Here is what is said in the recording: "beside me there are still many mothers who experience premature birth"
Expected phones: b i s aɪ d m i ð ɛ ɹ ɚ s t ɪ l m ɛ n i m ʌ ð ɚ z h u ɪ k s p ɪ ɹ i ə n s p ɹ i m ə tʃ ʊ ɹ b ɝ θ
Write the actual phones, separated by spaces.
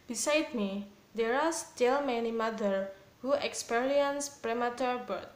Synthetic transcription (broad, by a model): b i s aɪ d m i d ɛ ɹ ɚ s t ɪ l m ɛ n i m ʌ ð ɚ h u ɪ k s p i ɹ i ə n s p ɹ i m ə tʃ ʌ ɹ b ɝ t